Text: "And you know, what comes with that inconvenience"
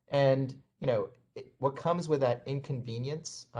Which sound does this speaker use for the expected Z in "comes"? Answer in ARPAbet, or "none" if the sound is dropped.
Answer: Z